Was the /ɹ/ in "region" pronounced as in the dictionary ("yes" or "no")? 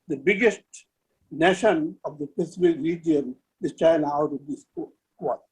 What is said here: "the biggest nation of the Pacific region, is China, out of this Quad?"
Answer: yes